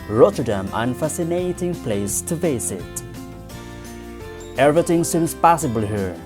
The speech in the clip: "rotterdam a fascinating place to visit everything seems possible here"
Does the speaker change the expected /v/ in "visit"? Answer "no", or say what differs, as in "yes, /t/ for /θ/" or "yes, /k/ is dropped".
yes, /f/ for /v/